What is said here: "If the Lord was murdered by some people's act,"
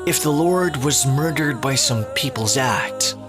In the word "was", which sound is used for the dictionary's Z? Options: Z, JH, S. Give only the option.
Z